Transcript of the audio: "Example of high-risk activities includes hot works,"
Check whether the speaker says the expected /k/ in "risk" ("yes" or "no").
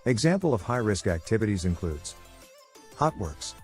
yes